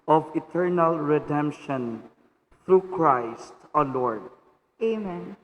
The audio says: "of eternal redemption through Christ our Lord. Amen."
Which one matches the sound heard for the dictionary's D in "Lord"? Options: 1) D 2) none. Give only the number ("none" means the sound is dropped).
1